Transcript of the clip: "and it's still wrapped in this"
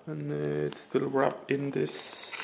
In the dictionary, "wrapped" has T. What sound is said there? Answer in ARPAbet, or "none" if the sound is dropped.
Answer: none